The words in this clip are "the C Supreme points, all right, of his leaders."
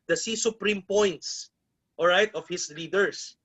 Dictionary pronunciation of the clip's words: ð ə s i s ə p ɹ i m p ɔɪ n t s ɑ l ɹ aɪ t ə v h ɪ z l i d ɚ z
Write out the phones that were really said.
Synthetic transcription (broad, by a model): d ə s i s ə p ɹ i m p ɔɪ n t s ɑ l ɹ aɪ t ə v h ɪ s l i d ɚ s